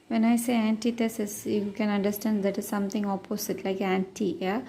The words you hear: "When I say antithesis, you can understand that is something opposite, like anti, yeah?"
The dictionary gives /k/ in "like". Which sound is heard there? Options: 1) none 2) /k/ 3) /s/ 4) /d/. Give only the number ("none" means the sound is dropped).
2